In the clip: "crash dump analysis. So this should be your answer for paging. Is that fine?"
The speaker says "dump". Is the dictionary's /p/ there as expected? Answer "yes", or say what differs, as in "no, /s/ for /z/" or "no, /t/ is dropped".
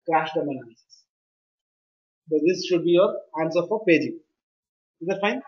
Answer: no, /p/ is dropped